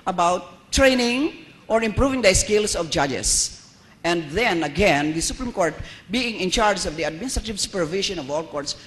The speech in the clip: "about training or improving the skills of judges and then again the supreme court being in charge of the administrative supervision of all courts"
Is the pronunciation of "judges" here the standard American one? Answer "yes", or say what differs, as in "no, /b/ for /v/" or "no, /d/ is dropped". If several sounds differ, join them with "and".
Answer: no, /s/ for /z/